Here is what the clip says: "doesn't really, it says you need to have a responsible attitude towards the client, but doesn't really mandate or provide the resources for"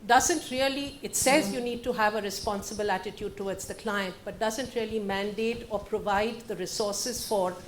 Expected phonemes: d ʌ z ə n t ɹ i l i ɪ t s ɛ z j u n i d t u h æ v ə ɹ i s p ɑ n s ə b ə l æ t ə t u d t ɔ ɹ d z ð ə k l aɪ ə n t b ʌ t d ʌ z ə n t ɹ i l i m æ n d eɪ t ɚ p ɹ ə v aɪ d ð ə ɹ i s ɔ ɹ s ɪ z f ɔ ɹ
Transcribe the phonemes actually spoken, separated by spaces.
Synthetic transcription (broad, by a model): d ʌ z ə n t ɹ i l i ɪ t s ɛ z j u n i d t u h æ v ə ɹ i s p ɑ n s ə b ə l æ t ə t u d t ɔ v d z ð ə k l aɪ ə n t b ʌ t d ʌ z ə n t ɹ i l i m æ n d eɪ t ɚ p ɹ ə v aɪ d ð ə ɹ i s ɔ ɹ s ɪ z f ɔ ɹ